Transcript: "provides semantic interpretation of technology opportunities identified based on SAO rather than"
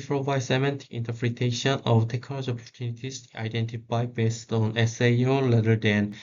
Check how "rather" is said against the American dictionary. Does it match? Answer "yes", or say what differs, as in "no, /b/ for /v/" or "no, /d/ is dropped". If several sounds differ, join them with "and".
no, /l/ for /ɹ/